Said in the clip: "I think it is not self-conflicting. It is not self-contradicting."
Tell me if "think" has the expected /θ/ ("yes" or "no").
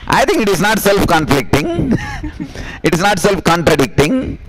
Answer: no